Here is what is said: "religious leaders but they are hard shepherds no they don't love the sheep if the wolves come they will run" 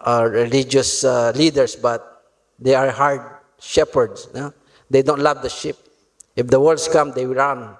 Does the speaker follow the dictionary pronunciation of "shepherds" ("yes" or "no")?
no